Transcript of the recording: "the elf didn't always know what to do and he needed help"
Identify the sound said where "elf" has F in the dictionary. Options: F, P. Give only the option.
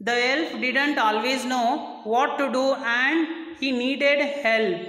P